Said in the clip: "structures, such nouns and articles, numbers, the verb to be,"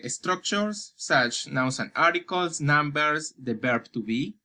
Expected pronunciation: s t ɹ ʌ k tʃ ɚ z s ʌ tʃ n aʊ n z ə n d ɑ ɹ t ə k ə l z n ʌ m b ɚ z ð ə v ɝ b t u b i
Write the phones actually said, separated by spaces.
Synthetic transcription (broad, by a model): s t ɹ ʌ k tʃ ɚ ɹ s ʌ tʃ n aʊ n s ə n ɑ ɹ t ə k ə l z n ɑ m b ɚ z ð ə b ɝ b t u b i